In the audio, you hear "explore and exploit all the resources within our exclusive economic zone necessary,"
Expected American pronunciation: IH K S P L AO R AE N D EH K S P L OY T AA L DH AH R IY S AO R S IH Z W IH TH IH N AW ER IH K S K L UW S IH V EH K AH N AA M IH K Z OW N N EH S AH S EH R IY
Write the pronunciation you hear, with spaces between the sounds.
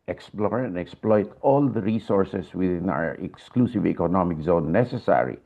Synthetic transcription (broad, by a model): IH K S P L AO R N EH K S P L OY T AA L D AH R IY S AO R S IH S W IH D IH N AW ER IH K S K L UW S IH V EH K AH N AA M IH K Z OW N N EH S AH S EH R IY